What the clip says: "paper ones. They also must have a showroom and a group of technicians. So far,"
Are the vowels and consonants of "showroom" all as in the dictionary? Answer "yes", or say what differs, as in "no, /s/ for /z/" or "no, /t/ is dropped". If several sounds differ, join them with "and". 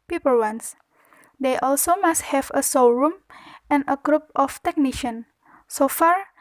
no, /s/ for /ʃ/